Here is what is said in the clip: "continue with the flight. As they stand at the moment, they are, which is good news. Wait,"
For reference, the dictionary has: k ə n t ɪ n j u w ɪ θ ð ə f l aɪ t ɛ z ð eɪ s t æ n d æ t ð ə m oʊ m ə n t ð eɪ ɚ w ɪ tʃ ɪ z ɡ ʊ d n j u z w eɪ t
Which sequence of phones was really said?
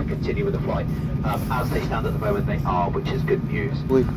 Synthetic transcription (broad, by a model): k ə n t ɪ n j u w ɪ ð ə f l aɪ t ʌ z ð eɪ s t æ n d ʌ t ð ə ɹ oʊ ə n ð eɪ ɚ w ɪ tʃ ɪ z ɡ ʊ d n j u z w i